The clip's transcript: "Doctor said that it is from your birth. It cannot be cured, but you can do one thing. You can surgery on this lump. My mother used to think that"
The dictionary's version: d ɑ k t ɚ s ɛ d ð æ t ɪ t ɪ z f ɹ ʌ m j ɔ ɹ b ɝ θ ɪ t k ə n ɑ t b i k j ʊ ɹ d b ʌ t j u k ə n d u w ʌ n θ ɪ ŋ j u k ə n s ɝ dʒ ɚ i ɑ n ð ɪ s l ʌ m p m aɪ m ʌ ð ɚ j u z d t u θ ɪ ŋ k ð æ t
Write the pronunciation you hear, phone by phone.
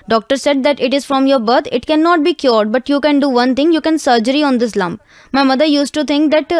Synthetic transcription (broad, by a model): d ɑ k t ɚ s ɛ d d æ t ɪ t ɪ z f ɹ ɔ m j ɔ ɹ b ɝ t ɪ t k ə n ɑ t b i k j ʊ ɹ d b ʌ t j u k ə n d u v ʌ n t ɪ ŋ j u k ə n s ɝ dʒ ɚ i ɑ n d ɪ s l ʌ m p m aɪ m ʌ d ɚ j u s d t u t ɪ ŋ k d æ t